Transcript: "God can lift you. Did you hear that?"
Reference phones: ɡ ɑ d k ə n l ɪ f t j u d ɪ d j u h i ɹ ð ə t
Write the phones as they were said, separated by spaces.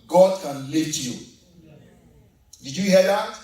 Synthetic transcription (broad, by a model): ɡ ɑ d k ə n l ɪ t j u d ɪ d j u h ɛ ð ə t